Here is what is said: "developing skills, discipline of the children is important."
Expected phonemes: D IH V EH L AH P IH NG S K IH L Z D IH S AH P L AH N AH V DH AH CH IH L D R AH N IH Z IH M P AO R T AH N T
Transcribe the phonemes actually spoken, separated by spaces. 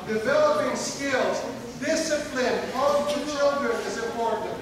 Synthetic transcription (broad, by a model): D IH V EH L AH P IH NG S K IH L Z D IH S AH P L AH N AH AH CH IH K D AH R IH Z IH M P AO R T N T